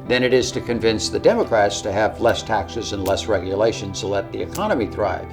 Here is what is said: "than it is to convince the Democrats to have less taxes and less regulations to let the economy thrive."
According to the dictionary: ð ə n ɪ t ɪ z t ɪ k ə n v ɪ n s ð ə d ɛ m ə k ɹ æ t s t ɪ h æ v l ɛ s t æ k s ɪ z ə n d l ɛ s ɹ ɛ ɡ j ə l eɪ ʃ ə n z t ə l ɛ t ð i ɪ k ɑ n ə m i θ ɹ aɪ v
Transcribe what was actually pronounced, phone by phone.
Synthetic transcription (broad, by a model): ð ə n ɪ t ɪ z t ɪ k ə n v ɪ n s ð ə d ɛ m ə k ɹ æ t s t ɪ v l ɛ s t æ k s ɪ z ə n l ɛ s ɹ ɛ ɡ j ə l eɪ ʃ ə n z t ə l ɛ t ð i ɪ k ɑ n ə m i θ ɹ aɪ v